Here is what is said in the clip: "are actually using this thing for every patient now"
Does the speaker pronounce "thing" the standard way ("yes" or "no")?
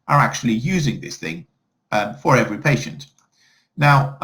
yes